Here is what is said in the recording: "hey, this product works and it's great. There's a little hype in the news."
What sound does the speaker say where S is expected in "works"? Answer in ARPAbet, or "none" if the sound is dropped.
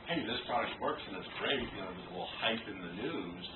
S